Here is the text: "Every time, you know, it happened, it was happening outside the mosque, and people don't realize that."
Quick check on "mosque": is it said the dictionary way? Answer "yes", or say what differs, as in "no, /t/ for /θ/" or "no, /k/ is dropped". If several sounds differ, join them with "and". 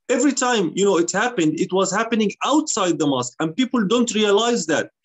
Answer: yes